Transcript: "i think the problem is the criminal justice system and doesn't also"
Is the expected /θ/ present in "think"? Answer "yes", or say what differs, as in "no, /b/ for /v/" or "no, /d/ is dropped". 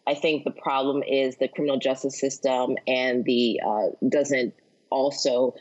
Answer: yes